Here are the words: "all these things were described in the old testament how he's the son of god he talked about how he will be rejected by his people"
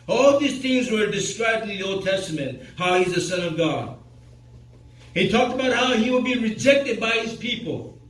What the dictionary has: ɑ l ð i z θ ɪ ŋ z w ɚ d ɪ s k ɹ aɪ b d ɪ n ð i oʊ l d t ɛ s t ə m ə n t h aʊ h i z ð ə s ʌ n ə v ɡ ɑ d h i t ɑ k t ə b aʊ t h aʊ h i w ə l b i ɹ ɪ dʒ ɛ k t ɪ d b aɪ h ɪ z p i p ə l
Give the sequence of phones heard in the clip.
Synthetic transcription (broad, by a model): ɑ l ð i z θ ɪ ŋ z w ɚ d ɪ s k ɹ aɪ b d ɪ n ð i oʊ l d t ɛ s t ə m ə n t h aʊ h i z ð ə s ʌ n ə v ɡ ɑ d h i t ɑ k t ə b aʊ t h aʊ h i w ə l b i ɹ ɪ dʒ ɛ k t ɪ d b aɪ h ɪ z p i p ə l